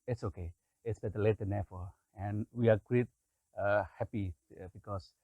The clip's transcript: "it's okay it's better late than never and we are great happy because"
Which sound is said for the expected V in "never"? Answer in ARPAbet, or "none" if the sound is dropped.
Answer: F